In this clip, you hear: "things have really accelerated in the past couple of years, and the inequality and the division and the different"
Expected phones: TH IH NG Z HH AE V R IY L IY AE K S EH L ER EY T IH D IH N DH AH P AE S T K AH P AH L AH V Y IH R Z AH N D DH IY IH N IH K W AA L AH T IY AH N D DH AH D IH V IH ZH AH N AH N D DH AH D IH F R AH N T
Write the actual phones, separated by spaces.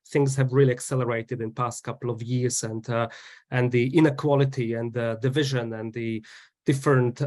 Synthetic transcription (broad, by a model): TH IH NG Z HH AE V R IY L IY AE K S EH L ER EY T IH D IH N P AE S T K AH P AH L AH V Y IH R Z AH N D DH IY IH N IH K W AA L AH T IY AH N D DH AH D IH V IH ZH AH N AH N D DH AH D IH F R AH N T